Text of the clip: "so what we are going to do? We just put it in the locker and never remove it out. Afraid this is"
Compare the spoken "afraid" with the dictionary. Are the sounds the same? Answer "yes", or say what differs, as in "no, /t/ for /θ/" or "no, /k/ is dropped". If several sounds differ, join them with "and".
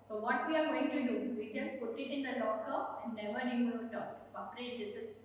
no, /p/ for /f/